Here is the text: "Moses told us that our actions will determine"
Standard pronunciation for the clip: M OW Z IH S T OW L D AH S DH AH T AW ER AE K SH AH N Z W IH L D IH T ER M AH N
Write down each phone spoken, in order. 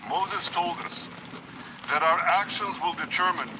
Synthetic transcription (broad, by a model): M OW Z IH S T OW L D AH S DH AH T AW ER AE K SH AH N Z W IH L D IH T ER M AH N